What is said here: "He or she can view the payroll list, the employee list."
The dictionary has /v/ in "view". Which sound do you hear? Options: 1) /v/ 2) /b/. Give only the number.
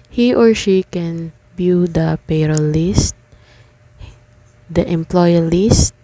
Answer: 2